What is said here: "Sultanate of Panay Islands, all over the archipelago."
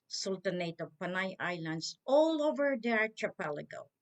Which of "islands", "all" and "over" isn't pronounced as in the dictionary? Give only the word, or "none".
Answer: islands